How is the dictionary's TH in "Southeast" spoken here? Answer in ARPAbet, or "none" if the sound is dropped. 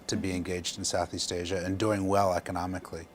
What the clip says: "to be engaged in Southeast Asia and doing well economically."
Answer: TH